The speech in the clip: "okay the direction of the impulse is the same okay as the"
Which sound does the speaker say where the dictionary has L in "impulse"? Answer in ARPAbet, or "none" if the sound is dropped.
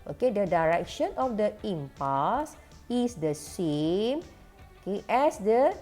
none